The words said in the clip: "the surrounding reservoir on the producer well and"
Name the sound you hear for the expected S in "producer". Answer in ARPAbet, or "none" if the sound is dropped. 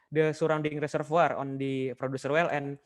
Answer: S